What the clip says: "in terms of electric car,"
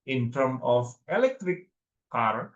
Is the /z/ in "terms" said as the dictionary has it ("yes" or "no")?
no